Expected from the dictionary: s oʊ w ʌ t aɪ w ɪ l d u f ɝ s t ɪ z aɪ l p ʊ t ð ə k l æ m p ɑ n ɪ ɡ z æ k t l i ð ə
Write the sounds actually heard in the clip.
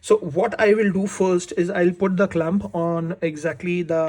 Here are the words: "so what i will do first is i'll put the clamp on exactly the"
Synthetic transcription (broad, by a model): s oʊ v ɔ t aɪ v ɪ l d u f ɝ s t ɪ z aɪ l p ʊ t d ə k l æ m p ɑ n ɪ ɡ z æ k t l i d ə